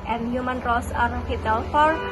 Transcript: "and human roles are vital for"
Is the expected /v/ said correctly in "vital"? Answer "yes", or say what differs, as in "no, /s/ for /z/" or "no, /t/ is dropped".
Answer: no, /f/ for /v/